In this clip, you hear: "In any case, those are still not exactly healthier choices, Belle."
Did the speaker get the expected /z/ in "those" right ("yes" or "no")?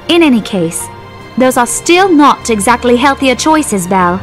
yes